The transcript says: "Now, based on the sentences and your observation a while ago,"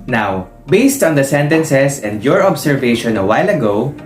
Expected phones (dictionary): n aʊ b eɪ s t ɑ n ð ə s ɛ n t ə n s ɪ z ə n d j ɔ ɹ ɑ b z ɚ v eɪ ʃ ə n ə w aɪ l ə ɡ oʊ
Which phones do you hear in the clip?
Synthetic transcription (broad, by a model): n aʊ b eɪ s t ɑ n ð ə s ɛ n t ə n s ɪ s ə n d j ɔ ɹ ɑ b s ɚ v eɪ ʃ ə n ə w aɪ l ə ɡ oʊ